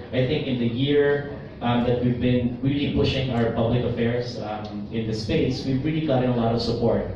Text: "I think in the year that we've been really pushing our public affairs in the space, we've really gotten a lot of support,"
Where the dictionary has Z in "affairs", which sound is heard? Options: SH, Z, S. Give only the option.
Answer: S